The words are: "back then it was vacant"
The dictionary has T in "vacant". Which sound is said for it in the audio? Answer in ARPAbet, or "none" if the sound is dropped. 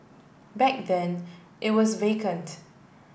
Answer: T